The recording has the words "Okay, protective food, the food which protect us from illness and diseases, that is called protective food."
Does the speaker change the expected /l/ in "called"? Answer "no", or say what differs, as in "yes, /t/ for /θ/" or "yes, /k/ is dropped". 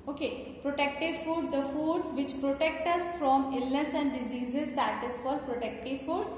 yes, /l/ is dropped